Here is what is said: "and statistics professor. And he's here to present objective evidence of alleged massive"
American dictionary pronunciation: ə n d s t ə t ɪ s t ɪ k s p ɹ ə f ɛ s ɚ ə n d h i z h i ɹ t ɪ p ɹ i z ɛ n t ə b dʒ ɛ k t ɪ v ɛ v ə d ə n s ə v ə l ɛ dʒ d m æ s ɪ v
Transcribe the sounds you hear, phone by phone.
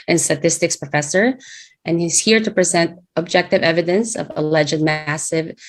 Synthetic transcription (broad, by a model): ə n s t ə t ɪ s t ɪ k s p ɹ ə f ɛ s ɚ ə n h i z h i ɹ t ɪ p ɹ i z ɛ n t ə b dʒ ɛ k t ɪ v ɛ v ə d ə n s ə v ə l ɛ dʒ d m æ s ɪ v